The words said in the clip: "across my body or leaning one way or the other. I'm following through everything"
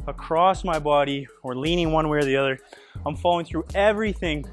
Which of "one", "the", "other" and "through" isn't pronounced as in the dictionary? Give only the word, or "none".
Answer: none